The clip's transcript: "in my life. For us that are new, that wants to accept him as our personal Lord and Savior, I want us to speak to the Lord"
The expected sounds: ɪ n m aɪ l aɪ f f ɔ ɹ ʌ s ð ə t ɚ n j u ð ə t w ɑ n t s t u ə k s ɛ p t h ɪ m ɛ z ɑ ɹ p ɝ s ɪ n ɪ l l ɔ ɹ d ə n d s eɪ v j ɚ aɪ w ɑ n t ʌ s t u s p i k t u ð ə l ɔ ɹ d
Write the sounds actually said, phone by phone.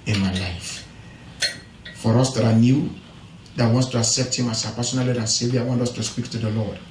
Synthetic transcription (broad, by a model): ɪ n m aɪ l aɪ f f ɔ ɹ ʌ s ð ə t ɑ n j u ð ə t w ɑ n t s t u ə k s ɛ p t h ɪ m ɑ s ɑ p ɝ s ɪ n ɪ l l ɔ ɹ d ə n s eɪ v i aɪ w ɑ n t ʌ s t u s p i k t u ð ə l ɔ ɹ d